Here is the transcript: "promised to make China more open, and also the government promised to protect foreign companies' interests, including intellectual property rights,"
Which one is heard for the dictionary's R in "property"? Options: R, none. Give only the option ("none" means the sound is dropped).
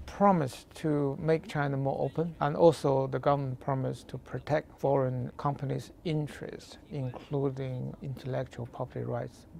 none